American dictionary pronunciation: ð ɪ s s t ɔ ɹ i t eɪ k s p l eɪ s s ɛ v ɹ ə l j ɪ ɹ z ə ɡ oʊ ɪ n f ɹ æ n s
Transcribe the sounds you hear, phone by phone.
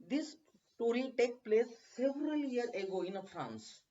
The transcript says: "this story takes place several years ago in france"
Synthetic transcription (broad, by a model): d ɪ s s t ɔ ɹ i t eɪ k p l eɪ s s ɛ v ɹ ə l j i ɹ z ə ɡ oʊ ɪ n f ɹ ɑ n s